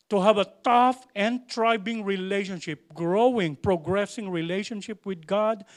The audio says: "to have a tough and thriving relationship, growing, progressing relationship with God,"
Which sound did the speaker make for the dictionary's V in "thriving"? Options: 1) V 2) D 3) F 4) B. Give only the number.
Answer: 4